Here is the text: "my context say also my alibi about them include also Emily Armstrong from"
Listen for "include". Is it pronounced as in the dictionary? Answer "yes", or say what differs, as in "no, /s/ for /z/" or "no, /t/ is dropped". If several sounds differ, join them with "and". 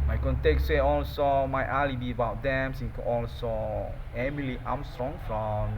no, /d/ is dropped